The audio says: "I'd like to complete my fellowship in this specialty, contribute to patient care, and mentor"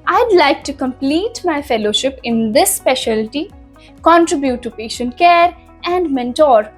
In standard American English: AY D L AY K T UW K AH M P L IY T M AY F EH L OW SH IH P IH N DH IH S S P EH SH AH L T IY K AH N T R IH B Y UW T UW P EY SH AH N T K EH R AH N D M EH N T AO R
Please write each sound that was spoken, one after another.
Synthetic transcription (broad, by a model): AY D L AY K T UW K AH M P L IY T M AY F EH L OW SH IH P IH N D IH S S P EH SH AH L T IY K AH N T R IH B Y UW T UW P EY SH AH N T K EH R AH N D M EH N T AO R